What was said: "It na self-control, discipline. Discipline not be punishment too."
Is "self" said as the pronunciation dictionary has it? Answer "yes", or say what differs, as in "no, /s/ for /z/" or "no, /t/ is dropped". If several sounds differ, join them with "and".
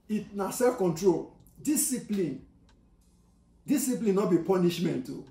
no, /l/ is dropped